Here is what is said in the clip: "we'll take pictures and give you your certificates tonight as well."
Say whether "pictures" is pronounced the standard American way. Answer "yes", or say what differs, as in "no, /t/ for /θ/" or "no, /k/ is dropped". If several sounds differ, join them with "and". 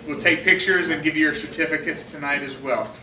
yes